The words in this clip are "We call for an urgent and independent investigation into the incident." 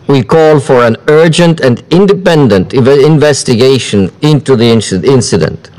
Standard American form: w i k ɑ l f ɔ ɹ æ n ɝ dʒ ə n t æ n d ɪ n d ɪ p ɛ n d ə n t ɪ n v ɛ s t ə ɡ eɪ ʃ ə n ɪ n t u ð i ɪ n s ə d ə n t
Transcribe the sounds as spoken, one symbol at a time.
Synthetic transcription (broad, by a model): w i k ɑ l f ɔ ɹ æ n ɝ dʒ ə n t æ n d ɪ n d ɪ p ɛ n d ə n t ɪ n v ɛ s t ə ɡ eɪ ʃ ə n ɪ n t u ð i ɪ n s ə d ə n t